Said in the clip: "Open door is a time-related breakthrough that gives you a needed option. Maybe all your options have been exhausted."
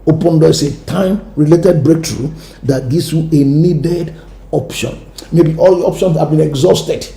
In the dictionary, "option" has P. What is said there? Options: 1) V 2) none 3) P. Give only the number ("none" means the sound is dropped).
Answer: 3